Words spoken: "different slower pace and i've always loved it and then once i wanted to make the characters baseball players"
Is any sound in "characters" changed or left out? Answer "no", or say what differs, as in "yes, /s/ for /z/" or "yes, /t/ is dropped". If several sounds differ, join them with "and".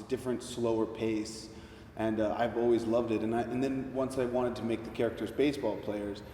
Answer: no